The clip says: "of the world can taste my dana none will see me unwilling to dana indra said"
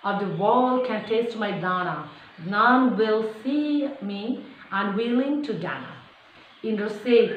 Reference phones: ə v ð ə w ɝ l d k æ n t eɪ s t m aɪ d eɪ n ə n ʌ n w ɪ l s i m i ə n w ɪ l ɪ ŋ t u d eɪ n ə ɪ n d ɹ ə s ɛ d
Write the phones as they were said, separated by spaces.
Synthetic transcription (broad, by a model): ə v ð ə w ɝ l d k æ n t eɪ s t m aɪ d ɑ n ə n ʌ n w ɪ l s i m i ə n w ɪ l ɪ ŋ t u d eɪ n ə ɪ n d ə s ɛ